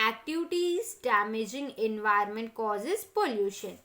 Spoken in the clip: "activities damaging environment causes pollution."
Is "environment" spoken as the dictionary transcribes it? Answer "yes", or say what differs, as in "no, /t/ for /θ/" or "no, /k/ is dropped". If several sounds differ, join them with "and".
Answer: no, /ɹ/ is dropped